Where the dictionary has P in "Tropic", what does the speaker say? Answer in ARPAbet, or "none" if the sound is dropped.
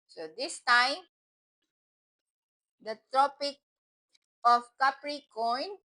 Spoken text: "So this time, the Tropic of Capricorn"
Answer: P